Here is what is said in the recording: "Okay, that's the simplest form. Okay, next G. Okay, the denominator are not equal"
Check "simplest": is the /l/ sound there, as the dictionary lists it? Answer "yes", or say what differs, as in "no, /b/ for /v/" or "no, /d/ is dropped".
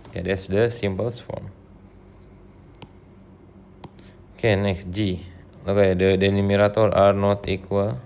no, /l/ is dropped